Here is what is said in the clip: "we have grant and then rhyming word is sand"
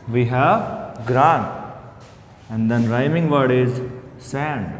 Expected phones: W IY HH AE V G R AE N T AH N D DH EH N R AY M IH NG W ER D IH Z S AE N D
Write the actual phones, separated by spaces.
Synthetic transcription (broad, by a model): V IY HH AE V G R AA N AH N D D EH N R AY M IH NG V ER D IH Z S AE N D